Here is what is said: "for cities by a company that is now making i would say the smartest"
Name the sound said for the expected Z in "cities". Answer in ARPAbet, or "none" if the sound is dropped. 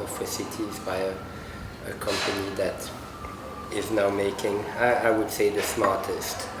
Z